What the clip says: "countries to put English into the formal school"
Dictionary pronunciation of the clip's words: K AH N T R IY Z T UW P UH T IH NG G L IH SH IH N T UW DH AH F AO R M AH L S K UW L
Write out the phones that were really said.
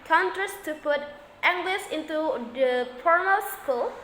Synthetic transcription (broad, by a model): K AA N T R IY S T UW P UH T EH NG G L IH S IH N T UW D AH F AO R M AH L S K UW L